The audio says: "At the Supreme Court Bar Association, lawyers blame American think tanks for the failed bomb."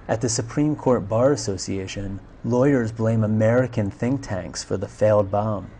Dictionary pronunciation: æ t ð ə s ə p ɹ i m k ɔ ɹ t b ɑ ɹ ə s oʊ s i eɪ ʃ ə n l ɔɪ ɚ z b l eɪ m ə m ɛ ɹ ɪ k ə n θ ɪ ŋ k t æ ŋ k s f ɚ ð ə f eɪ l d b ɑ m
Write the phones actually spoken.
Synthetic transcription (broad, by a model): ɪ t ð ə s ə p ɹ i m k ɔ ɹ t b ɑ ɹ ə s oʊ s i eɪ ʃ ə n l ɔɪ ɚ z b l eɪ m ə m ɛ ɹ ɪ k ə n θ ɪ ŋ k t æ ŋ k s f ɚ ð ə f eɪ l d b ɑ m